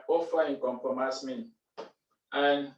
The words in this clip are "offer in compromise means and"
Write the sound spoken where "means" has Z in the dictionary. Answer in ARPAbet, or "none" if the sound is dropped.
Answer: none